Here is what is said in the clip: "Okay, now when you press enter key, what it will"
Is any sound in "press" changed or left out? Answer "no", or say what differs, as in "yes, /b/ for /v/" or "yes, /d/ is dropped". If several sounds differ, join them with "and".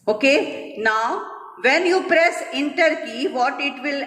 no